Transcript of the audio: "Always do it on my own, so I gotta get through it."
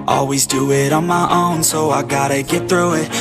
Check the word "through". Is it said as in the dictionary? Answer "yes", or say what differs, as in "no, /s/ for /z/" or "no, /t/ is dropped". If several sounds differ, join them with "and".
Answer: yes